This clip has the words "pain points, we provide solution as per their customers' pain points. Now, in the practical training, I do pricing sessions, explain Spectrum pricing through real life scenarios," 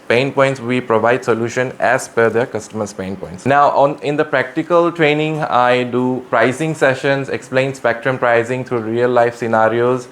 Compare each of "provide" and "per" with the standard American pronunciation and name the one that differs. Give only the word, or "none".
per